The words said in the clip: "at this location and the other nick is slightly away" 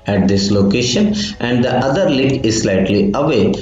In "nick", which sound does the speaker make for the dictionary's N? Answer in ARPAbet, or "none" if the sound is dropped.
L